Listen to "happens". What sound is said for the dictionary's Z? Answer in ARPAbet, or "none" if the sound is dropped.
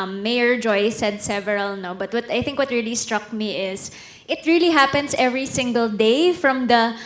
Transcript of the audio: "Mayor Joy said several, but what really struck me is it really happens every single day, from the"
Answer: S